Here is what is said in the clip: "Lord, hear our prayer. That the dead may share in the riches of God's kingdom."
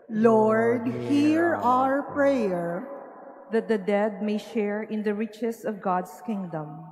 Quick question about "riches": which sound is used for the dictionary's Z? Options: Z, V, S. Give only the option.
S